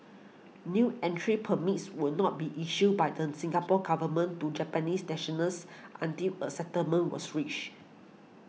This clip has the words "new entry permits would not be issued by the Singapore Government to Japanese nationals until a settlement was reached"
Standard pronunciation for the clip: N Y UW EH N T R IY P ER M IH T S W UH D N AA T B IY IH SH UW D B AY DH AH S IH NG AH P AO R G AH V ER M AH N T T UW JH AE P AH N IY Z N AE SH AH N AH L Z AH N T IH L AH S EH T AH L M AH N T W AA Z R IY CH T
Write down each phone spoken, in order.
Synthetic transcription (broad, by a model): N Y UW EH N T R IY P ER M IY T S W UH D N AA T B IY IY SH UW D B AY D AH S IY NG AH P AO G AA V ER M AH N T T UW JH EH P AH N IY S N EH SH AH N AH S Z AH N T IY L AH S EH T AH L M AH N W AA S R IY CH